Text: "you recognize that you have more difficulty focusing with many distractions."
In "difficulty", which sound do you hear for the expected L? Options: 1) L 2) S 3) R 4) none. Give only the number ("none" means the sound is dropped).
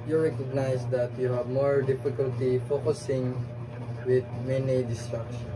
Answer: 1